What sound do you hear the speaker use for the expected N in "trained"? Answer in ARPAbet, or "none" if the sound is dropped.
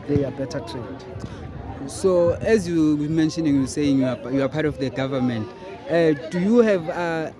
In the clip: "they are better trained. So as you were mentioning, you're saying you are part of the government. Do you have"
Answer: none